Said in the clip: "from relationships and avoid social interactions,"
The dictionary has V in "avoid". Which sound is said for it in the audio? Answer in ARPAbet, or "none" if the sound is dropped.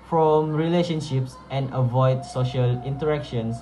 V